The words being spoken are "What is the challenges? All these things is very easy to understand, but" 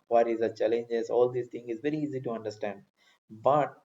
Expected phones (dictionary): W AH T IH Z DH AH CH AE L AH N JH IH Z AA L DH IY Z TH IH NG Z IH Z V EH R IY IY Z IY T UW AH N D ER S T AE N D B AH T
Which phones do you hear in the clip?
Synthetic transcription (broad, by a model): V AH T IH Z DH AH CH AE L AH N JH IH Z AA L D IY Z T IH NG IH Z V EH R IY IY Z IY T UW AH N D ER S T AE N D B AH T